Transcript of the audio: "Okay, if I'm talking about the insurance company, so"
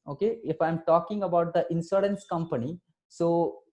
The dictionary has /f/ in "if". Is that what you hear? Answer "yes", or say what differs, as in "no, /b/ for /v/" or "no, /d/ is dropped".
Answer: yes